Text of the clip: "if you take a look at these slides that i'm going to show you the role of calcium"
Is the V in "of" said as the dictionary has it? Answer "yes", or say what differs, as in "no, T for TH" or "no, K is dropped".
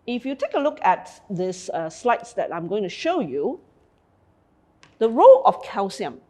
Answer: no, F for V